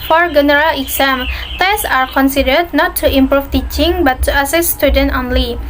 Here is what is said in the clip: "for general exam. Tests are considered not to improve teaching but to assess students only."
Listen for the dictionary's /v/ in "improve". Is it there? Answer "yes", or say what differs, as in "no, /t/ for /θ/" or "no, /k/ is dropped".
no, /f/ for /v/